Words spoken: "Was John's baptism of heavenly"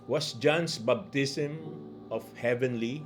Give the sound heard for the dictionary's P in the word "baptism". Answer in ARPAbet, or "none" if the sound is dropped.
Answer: B